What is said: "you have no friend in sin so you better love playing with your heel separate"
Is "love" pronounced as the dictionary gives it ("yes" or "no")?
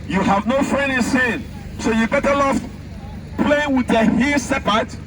no